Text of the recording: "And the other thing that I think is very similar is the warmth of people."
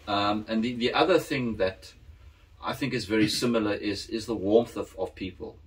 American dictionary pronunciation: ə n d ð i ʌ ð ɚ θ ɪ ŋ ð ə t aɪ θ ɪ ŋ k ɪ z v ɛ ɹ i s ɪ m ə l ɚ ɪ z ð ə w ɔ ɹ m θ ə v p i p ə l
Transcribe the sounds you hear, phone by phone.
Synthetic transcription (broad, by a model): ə n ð ð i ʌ ð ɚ θ ɪ ŋ ð ə t aɪ θ ɪ ŋ k ɪ z v ɛ ɹ i s ɪ m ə l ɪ ɪ z ð ə w ɔ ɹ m θ ə v p i p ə l